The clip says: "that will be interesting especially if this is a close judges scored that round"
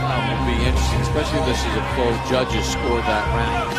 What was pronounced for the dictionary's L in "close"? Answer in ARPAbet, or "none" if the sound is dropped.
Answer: none